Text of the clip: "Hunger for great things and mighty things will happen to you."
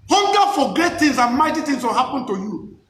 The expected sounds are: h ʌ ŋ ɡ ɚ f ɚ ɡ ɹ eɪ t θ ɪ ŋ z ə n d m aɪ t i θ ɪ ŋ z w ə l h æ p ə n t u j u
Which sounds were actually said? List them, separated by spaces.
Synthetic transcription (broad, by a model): h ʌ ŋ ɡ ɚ f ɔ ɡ eɪ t t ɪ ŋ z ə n m aɪ t i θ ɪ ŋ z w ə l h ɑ p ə n t u j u